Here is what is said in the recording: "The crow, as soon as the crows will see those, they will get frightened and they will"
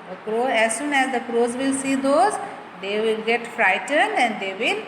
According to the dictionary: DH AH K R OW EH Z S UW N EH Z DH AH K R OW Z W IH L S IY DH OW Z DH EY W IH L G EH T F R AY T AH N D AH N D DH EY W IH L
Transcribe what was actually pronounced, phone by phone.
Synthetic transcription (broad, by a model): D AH K R OW EH Z S UW N EH Z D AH K R OW Z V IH L S IY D OW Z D EY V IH L G EH T F R AY T AH N D AH N D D EY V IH L